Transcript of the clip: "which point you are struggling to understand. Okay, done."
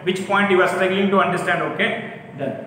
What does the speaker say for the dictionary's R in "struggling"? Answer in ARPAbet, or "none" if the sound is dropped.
none